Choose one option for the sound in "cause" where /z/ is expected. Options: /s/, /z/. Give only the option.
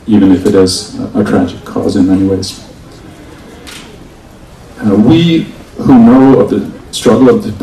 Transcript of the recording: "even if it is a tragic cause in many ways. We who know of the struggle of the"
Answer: /z/